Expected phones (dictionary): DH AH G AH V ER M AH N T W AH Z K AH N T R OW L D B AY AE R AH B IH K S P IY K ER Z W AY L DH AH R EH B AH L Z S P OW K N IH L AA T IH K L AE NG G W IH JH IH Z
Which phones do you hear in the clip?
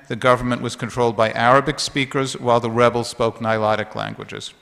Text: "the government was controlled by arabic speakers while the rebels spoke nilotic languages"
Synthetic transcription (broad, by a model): DH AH G AH V ER M AH N T W AH Z K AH N T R OW L D B AY AE R AH B IH K S P IY K ER Z W AY L DH AH R EH B L S P OW K N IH L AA T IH K L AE NG G W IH JH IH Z